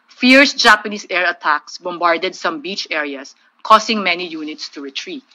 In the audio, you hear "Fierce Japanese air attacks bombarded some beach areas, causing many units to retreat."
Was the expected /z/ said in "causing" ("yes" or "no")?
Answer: no